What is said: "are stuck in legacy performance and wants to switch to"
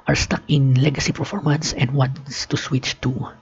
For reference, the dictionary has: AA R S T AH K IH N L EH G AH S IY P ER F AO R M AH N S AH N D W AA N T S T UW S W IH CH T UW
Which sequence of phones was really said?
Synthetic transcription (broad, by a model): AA R S T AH K IH N L EH G AH S IY P ER F AO R M AH N S AH N D W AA N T S T UW S W IH CH T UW